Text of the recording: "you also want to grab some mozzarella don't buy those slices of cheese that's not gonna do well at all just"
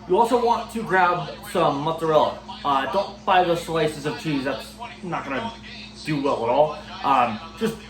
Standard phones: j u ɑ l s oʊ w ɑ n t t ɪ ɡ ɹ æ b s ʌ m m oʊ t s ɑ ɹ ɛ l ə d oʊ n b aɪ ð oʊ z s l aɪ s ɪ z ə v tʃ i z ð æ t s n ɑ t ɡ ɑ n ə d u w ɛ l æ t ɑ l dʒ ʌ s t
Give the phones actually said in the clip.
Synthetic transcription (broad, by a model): j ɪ ɑ l s oʊ w ɑ n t t ɪ ɡ ɹ æ b s ʌ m m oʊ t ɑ ɹ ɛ l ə d oʊ n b aɪ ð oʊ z s l aɪ s ɪ z ə v tʃ i z ð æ t s n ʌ t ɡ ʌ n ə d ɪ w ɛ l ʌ t ɑ l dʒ ʌ s t